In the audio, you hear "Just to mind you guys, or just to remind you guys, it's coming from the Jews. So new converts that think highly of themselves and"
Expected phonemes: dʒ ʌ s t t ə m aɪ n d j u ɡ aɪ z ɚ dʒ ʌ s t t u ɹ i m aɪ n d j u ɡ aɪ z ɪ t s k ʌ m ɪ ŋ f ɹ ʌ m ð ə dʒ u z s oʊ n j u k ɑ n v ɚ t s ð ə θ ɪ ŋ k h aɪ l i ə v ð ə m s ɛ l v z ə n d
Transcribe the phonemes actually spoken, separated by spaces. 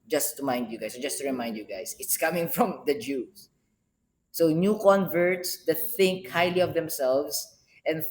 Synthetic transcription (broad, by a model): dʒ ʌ s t t ə m aɪ n d j u ɡ aɪ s dʒ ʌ s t t u ɹ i m aɪ n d j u ɡ aɪ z ɪ t s k ʌ m ɪ ŋ f ɹ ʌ m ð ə dʒ u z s oʊ n j u k ɑ n v ɚ t s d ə θ ɪ ŋ k h aɪ l i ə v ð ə m s ɛ l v s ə n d